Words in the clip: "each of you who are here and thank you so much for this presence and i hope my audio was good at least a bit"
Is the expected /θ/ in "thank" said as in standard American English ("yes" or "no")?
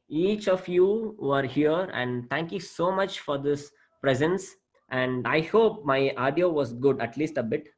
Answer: no